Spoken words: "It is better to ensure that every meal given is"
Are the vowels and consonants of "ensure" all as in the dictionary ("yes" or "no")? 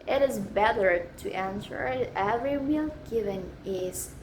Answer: no